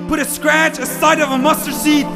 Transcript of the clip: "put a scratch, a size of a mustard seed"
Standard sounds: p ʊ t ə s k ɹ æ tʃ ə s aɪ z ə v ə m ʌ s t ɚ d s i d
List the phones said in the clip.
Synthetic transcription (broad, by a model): p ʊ t ə s k ɹ æ tʃ ə s aɪ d ə v ə m ʌ s t ɚ s i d